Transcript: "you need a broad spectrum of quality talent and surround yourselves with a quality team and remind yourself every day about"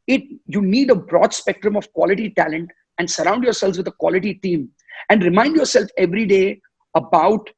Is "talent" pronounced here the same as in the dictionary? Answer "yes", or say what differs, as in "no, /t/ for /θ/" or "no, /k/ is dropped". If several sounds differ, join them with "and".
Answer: yes